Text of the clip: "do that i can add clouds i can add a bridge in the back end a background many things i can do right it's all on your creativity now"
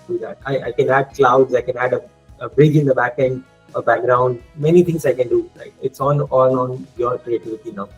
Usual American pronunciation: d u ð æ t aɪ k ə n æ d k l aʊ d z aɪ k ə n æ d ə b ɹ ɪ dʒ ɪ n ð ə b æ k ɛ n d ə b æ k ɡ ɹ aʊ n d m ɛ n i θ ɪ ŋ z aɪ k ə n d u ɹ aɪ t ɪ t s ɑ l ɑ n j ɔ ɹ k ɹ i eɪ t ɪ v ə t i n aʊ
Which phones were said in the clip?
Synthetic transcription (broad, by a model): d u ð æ t aɪ k ə n æ d k l aʊ d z aɪ k ə n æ d ə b ɹ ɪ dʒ ɪ n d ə b æ k ɛ n d ə b æ k ɡ ɹ aʊ n d m ɛ n i t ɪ ŋ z aɪ k ə n d u l aɪ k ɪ t s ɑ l ɑ n j ɔ ɹ k ɹ i eɪ t ɪ v ə t i n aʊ